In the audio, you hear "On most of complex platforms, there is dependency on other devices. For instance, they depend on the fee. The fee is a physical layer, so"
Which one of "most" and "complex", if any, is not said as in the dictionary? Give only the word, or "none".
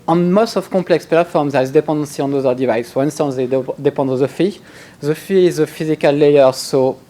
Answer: complex